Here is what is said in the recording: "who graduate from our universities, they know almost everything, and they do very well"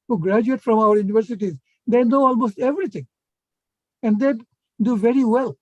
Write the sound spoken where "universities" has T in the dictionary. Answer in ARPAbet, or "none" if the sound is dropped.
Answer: T